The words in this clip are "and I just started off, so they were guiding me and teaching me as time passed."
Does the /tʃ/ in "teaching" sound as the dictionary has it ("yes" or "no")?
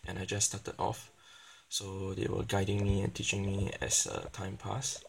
yes